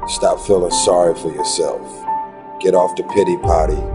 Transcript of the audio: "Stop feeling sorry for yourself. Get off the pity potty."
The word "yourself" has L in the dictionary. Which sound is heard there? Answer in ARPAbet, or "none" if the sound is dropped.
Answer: L